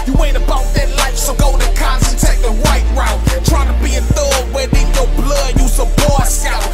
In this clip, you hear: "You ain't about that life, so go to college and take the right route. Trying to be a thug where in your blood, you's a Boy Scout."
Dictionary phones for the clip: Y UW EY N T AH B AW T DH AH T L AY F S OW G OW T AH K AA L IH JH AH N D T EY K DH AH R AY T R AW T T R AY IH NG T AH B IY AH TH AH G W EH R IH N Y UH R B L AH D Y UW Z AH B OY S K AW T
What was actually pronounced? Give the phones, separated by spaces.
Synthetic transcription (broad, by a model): Y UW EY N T AH B AW T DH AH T L AY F S OW G OW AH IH N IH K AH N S T EY K DH AH R AY T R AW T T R AY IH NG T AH B IY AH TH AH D W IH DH IH N Y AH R B L AH D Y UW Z AH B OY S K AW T